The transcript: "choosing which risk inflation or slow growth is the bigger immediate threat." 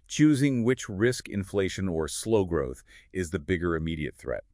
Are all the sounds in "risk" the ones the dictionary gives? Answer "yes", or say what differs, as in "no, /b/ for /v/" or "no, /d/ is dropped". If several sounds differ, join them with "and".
yes